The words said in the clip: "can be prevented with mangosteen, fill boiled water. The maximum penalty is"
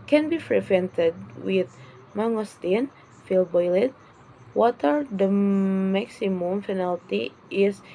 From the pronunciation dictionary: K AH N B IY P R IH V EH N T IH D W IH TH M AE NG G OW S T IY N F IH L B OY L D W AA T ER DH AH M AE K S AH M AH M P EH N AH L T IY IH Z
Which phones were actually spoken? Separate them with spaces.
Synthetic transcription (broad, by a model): K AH N B IY F R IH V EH N T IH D W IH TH M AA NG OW S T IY N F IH L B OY L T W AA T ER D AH M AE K S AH M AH M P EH N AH L T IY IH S